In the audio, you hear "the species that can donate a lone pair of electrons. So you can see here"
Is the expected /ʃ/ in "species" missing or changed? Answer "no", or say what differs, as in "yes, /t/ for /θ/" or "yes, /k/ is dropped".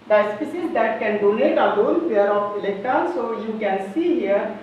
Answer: yes, /s/ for /ʃ/